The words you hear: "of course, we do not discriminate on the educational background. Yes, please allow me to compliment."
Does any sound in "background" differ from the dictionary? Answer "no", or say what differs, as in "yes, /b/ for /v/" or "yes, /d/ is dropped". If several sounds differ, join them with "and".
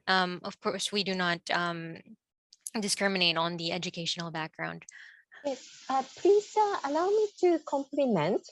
no